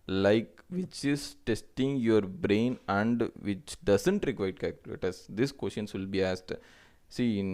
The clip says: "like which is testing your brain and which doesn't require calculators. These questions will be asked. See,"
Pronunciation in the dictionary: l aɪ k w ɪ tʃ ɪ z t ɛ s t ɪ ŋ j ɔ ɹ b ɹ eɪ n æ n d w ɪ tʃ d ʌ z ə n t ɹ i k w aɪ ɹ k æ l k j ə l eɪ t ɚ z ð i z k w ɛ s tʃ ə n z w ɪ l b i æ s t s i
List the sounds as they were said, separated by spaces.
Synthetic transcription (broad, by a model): l aɪ k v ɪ tʃ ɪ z t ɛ s t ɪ ŋ j ɔ ɹ b ɹ eɪ n æ n d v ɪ tʃ d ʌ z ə n t ɹ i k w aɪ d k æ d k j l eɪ t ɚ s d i s k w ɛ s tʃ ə n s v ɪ l b i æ s t s i